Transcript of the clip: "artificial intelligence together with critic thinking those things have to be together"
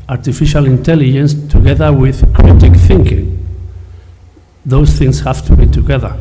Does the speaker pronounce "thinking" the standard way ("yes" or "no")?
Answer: yes